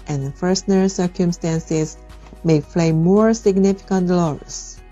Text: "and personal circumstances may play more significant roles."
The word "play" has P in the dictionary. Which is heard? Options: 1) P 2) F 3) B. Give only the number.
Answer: 2